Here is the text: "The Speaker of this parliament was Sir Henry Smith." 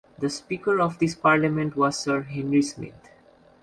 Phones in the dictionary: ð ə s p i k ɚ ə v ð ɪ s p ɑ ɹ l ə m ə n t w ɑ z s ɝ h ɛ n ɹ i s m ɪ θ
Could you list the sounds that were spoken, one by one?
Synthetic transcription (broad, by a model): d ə s p i k ɚ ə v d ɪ s p ɑ ɹ l ə m ə n t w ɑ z s ɝ h ɛ n ɹ i s m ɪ t